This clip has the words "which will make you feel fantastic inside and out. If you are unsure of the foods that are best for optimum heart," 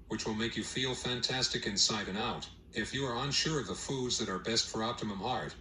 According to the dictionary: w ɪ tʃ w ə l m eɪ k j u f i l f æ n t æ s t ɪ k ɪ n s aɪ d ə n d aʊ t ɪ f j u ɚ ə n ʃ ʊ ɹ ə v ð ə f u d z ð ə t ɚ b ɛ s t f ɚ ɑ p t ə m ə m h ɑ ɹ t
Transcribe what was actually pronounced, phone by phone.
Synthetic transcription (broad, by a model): w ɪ tʃ w ə l m eɪ k j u f i l f æ n t æ s t ɪ k ɪ n s aɪ d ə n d aʊ t ɪ f j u ɚ ə n ʃ ʊ ɹ ə v ð ə f u d z ð ə t ɚ b ɛ s t f ɚ ɑ p t ə m ə m h ɑ ɹ t